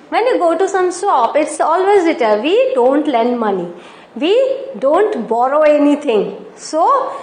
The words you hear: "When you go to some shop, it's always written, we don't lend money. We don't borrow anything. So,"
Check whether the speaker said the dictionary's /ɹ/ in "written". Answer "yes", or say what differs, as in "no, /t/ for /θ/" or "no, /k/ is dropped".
no, /l/ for /ɹ/